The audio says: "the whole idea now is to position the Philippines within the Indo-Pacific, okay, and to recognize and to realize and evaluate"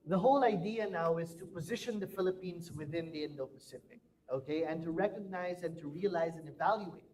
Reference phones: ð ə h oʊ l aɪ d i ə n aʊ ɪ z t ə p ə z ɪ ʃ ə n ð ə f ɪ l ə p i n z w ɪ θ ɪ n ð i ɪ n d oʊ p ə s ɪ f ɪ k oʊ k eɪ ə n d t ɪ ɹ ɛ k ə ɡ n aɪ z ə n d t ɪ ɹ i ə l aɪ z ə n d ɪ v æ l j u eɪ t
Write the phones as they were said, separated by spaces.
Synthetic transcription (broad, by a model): ð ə h oʊ l aɪ d i ə n aʊ ɪ z t ə p ə z ɪ ʃ ə n ð ə f ɪ l ə p i n z w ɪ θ ɪ n ð i ɪ n d oʊ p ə s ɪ p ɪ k oʊ k eɪ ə n t ɪ ɹ ɛ k ə ɡ n aɪ z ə n t ɪ ɹ i ə l aɪ z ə n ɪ v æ l j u eɪ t